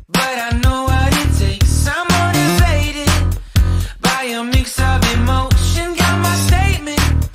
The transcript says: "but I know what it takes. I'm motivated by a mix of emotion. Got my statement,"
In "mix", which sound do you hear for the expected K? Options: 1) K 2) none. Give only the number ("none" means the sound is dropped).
1